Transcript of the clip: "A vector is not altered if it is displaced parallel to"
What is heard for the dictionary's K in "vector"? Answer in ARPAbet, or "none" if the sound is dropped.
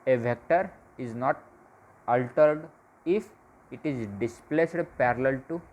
K